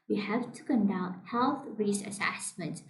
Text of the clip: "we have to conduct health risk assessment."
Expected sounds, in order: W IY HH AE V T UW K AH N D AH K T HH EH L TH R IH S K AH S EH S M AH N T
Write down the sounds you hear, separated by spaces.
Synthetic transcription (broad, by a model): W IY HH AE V T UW K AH N D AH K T HH EH L TH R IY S AH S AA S M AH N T